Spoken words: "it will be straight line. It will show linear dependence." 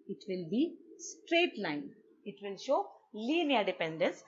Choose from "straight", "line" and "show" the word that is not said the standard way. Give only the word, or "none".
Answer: none